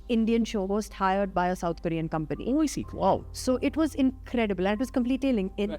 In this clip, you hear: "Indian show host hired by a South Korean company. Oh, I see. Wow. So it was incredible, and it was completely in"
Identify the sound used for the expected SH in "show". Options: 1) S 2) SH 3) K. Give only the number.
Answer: 2